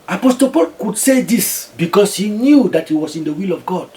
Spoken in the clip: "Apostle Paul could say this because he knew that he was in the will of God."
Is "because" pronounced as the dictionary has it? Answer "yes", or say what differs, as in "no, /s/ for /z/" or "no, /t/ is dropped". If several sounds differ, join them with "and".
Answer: no, /s/ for /z/